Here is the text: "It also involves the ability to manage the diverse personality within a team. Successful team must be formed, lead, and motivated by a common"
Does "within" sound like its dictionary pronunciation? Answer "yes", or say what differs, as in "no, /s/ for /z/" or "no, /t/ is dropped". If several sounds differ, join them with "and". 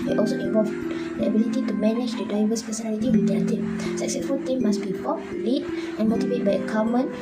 no, /l/ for /n/